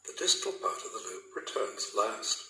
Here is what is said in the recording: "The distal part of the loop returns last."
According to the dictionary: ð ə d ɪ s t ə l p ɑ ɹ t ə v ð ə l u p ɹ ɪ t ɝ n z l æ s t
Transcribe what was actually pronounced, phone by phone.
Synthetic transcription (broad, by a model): ð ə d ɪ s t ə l p ɑ ɹ t ə v ð ə l u p ɹ ɪ t ɝ n z l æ s t